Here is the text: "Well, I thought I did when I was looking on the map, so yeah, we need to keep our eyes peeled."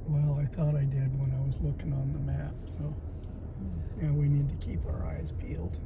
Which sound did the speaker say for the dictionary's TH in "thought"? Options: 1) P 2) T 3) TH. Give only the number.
3